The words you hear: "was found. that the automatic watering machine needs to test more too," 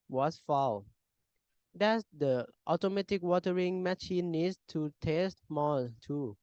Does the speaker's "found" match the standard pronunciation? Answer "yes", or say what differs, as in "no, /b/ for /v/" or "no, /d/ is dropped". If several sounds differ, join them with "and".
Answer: no, /l/ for /n/